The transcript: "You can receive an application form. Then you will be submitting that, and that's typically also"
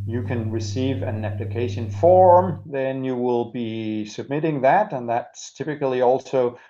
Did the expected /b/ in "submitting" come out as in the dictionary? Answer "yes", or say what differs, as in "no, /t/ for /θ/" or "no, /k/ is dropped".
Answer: yes